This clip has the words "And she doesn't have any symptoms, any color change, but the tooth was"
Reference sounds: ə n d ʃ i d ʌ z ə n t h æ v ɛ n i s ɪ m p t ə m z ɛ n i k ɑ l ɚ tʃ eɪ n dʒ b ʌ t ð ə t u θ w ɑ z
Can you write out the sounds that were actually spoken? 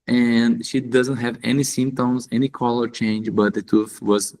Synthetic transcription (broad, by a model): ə n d ʃ i d ʌ z ə n t h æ v ɛ n i s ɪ m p t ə m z ɛ n i k ɑ l ɚ tʃ eɪ n dʒ b ʌ t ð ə t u f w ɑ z